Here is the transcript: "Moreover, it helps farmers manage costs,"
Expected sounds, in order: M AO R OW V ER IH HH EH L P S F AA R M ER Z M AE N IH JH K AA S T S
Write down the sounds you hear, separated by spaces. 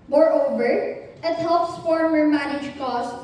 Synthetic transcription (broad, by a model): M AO R OW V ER IH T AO P S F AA R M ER M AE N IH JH K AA S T